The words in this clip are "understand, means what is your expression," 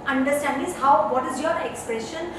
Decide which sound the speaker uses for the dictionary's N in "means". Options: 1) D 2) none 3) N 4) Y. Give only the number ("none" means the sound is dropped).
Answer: 2